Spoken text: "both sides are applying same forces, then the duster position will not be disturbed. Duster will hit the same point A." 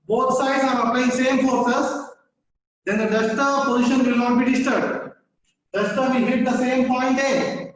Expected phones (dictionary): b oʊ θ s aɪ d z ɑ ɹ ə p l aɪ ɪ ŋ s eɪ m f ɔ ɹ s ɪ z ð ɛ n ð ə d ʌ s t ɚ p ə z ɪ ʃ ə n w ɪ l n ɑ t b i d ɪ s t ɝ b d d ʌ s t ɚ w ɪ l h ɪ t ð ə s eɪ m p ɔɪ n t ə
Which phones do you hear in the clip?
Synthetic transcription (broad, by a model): b oʊ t s aɪ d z ɑ ɹ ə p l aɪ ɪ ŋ s eɪ m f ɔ ɹ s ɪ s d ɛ n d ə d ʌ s t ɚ p ə z ɪ ʃ ə n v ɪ l n ɑ t b i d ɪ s t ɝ d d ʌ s t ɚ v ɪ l h ɪ t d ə s eɪ m p ɔɪ n t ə